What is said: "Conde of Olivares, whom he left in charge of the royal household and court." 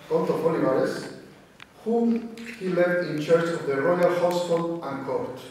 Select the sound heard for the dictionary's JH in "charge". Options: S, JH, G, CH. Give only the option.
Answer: CH